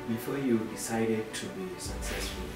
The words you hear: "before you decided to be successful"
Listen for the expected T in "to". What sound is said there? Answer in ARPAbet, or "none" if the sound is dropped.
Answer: T